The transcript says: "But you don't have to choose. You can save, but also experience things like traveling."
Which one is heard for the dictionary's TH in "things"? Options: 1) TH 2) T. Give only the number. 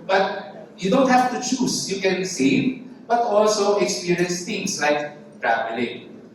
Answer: 2